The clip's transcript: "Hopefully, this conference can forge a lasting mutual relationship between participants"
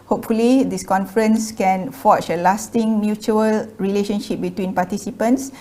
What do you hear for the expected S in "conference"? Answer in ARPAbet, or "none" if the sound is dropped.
S